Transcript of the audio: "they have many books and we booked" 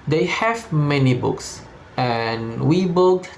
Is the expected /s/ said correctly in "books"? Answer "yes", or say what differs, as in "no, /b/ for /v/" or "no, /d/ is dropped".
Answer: yes